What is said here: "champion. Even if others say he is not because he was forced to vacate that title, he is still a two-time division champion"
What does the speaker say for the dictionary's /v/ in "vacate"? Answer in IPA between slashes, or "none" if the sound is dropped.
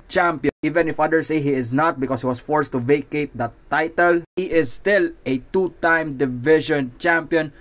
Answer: /v/